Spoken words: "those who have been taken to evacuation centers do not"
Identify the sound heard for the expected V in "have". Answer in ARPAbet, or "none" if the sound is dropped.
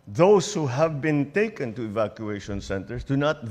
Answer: V